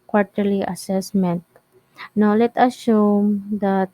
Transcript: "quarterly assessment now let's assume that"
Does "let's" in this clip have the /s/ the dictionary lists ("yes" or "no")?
no